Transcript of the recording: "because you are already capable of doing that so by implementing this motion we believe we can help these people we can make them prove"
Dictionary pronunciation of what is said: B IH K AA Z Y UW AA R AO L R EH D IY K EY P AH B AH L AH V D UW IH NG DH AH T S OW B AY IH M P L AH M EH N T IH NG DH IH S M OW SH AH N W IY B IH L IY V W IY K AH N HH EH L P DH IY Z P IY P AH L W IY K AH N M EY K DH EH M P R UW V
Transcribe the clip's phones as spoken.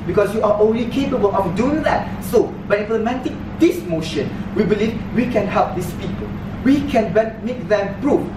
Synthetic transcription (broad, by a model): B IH K AA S Y UW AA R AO N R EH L IY K EY P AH B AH L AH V D UW IH NG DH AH T S OW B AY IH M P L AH M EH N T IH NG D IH S M OW SH AH N W IY B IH L IY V W IY K AH N HH EH L P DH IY S P IY P AH L W IY K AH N M EY K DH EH M P R UW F